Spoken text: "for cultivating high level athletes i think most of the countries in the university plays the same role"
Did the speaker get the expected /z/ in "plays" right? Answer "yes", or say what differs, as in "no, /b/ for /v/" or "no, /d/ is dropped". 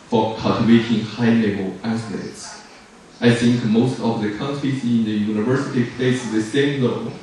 no, /s/ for /z/